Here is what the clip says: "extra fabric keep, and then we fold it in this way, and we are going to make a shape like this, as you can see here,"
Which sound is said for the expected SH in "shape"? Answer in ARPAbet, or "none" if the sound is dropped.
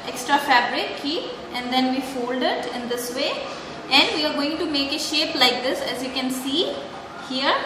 SH